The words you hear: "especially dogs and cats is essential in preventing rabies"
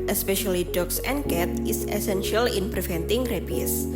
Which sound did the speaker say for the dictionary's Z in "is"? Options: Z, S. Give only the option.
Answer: S